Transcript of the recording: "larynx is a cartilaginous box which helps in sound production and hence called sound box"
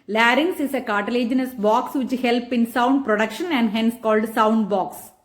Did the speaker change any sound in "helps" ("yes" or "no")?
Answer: yes